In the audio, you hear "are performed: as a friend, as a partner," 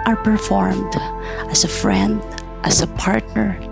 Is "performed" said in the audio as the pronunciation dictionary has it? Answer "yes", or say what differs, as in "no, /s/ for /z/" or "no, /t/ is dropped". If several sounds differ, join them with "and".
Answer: yes